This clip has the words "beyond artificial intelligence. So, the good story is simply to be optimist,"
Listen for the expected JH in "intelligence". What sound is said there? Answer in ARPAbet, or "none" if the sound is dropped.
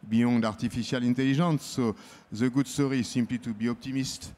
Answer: ZH